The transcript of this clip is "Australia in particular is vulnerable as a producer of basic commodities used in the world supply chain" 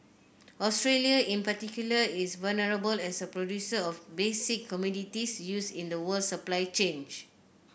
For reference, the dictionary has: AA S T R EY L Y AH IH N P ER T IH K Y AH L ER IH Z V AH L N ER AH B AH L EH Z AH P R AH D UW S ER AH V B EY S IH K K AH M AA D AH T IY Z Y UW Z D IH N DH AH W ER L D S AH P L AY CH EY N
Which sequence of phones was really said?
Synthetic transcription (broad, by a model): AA S T R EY L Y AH IH N P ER T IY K Y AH L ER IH S V AH L N ER AH B AH L EH S AH P R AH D UW S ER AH F B EY S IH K K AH M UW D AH T IY S Y UW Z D IH N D AH W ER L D S AH P L AY CH EY N